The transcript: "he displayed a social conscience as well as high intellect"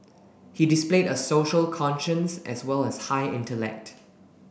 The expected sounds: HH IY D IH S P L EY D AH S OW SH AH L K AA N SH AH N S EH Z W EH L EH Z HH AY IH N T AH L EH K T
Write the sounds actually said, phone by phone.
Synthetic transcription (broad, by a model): HH IY D IH S P L EY D AH S OW SH AH L K AA N SH AH N S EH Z W EH L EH S HH AY IH N T AH L EH K T